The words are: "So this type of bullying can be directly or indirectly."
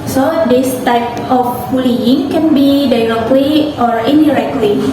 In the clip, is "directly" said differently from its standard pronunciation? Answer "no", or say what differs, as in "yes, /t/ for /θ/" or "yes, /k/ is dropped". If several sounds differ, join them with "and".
yes, /l/ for /ɹ/